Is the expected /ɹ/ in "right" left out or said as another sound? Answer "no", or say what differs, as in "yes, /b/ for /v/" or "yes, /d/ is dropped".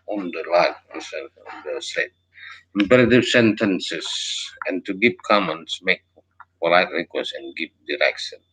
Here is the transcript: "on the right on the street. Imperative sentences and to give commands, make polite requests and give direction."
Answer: yes, /l/ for /ɹ/